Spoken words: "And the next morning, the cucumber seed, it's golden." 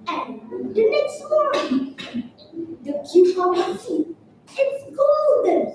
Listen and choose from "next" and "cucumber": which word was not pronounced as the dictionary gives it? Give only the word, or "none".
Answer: cucumber